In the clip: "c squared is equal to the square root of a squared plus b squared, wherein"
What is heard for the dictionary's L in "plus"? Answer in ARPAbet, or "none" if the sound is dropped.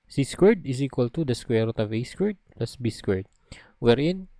L